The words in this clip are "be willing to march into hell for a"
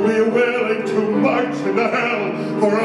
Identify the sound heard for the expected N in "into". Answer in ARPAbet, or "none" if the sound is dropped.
none